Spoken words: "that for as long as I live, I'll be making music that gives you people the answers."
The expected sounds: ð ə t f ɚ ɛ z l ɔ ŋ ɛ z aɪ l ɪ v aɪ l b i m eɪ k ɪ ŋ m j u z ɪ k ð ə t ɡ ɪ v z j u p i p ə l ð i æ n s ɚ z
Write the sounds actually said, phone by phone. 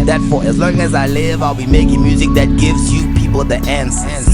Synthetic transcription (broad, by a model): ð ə t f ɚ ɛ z l ɔ ŋ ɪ z aɪ l ɪ v aɪ l b i m eɪ k ɪ ŋ m j u z ɪ k ð ə t ɡ ɪ v z j u p i p l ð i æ n s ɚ